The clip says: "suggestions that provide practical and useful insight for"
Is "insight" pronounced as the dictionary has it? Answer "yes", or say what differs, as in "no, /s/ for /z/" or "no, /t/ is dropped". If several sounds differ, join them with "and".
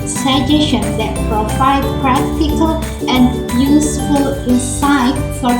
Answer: no, /n/ is dropped